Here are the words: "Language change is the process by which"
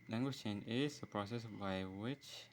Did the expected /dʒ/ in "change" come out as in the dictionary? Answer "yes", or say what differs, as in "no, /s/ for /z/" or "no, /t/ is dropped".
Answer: no, /dʒ/ is dropped